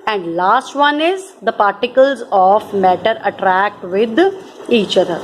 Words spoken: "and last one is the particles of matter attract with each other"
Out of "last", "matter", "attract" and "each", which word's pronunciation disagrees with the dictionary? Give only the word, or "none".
none